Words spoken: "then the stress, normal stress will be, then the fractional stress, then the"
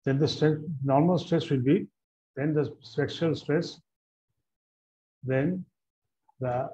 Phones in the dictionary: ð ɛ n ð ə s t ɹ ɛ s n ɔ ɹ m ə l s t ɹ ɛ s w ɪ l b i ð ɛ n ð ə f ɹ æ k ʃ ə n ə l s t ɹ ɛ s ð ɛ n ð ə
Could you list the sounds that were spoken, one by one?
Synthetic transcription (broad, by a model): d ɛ n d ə s t ɹ ɛ s n ɔ ɹ m ə l s t ɹ ɛ s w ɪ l b i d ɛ n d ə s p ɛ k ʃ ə ə l s t ɹ ɛ s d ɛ n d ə